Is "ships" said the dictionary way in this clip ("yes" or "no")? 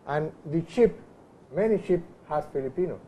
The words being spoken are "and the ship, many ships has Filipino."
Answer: no